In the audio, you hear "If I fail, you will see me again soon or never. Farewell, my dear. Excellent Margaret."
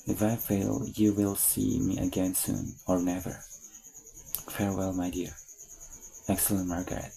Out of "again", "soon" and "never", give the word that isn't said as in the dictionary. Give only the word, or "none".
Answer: none